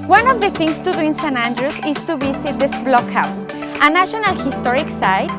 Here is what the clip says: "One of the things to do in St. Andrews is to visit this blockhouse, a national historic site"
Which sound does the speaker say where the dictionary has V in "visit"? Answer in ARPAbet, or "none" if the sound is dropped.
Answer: B